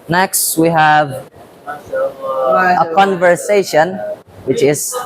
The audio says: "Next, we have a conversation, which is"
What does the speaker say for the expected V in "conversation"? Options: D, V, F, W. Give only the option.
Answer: V